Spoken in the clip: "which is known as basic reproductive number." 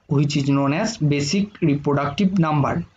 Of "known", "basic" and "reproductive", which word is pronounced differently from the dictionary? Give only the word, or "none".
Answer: reproductive